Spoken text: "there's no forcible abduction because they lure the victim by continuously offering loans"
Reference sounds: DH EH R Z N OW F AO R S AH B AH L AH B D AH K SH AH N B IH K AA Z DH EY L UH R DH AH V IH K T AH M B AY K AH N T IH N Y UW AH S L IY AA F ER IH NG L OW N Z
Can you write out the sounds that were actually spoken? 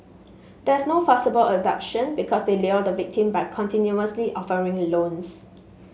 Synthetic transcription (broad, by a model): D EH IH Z N OW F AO S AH B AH L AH D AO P SH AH N B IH K AA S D EY L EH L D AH V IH K T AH M B AY K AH N T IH N Y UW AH S L IY AA F ER IH NG L OW N S